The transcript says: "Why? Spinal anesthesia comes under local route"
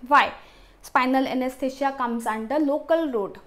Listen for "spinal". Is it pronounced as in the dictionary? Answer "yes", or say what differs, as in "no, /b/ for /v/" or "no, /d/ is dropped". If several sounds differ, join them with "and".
yes